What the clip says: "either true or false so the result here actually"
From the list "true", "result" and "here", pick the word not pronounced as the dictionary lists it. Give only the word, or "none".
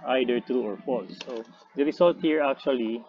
result